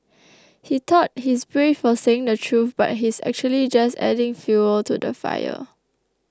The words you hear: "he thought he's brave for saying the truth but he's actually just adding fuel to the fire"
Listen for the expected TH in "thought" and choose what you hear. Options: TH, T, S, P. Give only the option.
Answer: T